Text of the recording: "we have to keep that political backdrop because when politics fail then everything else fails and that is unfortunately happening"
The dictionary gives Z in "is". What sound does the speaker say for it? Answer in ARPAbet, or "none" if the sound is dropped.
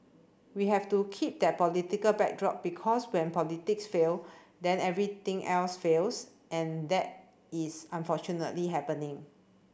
S